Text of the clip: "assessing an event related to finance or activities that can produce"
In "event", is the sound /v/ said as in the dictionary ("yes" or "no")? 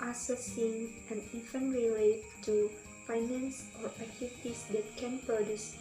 no